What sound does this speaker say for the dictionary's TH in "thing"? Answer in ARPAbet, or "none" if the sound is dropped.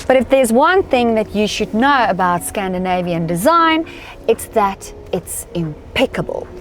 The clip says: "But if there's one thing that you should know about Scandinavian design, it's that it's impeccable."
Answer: TH